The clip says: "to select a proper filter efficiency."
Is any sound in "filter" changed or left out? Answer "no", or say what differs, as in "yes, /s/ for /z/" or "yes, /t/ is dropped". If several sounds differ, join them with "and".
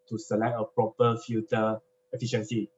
yes, /l/ is dropped